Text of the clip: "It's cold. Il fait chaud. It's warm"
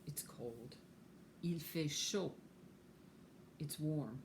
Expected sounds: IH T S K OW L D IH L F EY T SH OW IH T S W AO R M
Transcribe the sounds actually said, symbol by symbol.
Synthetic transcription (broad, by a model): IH T S K OW L D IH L F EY SH OW IH T S W AO R M